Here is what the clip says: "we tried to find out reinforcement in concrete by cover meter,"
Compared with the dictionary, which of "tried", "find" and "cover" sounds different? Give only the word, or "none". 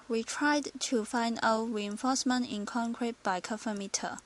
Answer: cover